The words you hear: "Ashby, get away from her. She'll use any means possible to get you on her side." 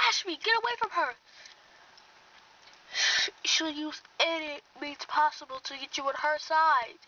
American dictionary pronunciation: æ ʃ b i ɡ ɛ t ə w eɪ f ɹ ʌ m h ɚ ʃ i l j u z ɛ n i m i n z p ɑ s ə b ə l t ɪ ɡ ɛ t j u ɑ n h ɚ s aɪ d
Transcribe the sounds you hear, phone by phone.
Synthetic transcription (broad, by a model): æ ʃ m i ɡ ɛ t ə w eɪ f ɹ ʌ m ɚ ʃ i l j u z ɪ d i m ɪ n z p ɑ s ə b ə l t ɪ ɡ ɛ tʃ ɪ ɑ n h ɚ s aɪ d